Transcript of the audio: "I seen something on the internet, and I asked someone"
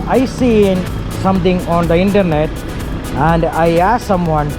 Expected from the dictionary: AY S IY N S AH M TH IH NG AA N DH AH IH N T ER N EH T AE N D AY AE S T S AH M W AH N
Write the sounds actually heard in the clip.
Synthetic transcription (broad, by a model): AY S IY N S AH M T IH NG AA N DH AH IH N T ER N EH T AE N D AY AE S S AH M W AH N